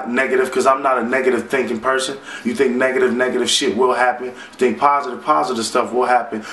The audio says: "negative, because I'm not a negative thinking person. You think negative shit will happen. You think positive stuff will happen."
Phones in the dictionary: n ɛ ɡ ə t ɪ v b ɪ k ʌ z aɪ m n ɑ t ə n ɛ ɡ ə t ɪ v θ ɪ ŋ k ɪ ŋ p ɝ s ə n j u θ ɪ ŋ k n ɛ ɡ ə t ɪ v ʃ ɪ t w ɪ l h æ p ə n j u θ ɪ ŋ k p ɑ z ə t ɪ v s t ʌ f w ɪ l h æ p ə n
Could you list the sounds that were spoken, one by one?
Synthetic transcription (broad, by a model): n ɛ ɡ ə t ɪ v k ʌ z aɪ m n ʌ t ə n ɛ ɡ ə t ɪ v θ ɪ ŋ k ɪ ŋ p ɝ s ə n j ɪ θ ɪ ŋ k n ɛ ɡ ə t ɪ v ʃ ɪ t w ɪ l h æ p ə n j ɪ θ ɪ ŋ k p ɑ z ə t ɪ v s t ʌ f w ɪ l h æ p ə n